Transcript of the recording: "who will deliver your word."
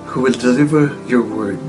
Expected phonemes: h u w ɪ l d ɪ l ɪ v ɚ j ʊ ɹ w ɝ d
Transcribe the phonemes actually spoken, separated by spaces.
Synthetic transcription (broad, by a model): h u w ɪ l d ɪ l ɪ v ɚ j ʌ ɹ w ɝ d